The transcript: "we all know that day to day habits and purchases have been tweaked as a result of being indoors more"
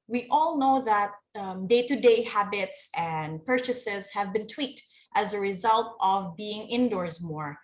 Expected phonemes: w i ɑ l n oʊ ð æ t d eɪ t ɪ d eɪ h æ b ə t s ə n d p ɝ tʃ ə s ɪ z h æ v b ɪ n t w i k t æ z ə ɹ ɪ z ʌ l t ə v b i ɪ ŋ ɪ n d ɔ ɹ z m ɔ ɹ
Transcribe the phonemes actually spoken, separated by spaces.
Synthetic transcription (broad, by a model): w i ɑ l n oʊ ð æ t d eɪ t ɪ d eɪ h æ b ə t s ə n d p ɝ tʃ ə s ɪ z h æ v b ɪ n t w i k t æ z ə ɹ ɪ z ʌ l t ə v b i ɪ ŋ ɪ n d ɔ ɹ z m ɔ ɹ